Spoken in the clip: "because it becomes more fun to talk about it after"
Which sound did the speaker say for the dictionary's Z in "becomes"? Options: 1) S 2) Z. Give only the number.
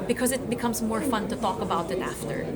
2